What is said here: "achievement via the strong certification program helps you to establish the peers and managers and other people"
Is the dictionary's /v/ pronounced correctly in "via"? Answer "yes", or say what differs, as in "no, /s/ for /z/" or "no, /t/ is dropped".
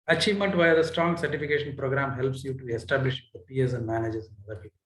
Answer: yes